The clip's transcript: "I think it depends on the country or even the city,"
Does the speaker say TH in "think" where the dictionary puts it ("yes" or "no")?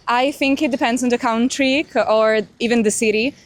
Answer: yes